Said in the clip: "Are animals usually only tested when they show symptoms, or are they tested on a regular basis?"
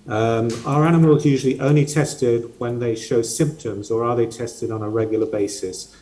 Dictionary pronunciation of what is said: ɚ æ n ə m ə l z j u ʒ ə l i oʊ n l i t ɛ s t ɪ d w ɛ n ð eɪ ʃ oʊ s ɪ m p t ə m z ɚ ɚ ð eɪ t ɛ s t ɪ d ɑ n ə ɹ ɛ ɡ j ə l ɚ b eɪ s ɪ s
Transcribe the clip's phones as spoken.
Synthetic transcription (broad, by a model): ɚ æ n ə m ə l z j u ʒ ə l i oʊ n l i t ɛ s t ɪ d w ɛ n ð eɪ ʃ oʊ s ɪ m p t ə m z ɚ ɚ ð eɪ t ɛ s t ɪ d n ə ɹ ɛ ɡ j l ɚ b eɪ s ɪ s